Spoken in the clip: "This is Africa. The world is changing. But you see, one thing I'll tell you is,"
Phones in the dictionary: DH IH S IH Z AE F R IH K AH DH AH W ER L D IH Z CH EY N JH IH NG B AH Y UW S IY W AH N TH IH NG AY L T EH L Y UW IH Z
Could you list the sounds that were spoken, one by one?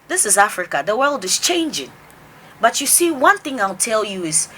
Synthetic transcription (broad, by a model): DH IH S IH Z AE F R IH K AH DH AH W ER L D IH Z CH EY N JH IH NG B AH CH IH S IY W AH N TH IH NG AY L T EH L Y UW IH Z